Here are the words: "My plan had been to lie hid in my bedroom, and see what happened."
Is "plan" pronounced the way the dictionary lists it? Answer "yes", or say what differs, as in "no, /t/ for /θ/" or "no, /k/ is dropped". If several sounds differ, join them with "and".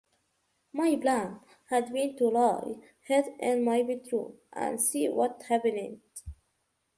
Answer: no, /b/ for /p/